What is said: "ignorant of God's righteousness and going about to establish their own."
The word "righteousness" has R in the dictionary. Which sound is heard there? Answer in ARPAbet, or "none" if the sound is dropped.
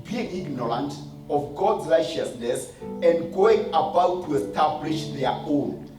R